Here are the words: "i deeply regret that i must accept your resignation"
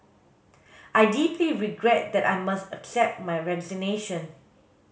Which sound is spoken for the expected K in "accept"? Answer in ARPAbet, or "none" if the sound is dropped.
K